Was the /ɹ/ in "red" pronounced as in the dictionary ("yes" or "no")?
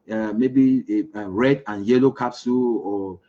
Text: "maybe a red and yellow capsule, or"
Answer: yes